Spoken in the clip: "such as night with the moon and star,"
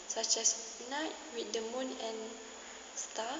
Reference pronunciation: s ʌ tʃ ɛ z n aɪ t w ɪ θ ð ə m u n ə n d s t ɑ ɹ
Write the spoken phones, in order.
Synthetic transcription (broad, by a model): s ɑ tʃ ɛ s n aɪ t w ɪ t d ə m u n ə n s t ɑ